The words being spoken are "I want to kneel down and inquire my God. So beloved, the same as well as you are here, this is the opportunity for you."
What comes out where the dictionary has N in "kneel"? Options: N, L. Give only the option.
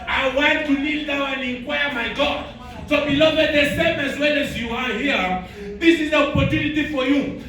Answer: L